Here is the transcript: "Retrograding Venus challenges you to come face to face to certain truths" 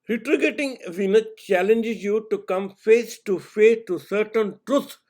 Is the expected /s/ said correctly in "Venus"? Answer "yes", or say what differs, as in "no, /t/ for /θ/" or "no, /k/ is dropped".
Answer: no, /s/ is dropped